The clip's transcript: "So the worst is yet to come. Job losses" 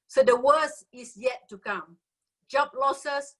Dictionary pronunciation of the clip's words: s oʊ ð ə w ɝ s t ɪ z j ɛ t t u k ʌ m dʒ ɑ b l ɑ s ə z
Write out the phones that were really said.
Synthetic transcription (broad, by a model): s oʊ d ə w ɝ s ɪ s j ɛ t t u k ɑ m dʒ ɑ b l ɑ s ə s